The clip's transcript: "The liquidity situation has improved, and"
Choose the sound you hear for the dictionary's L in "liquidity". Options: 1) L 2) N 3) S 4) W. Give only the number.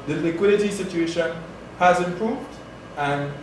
1